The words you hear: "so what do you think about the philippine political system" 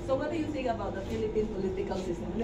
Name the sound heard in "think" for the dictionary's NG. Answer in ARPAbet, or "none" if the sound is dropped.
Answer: none